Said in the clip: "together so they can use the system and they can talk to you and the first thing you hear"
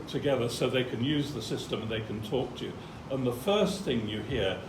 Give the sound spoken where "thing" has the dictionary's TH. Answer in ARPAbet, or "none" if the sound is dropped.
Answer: TH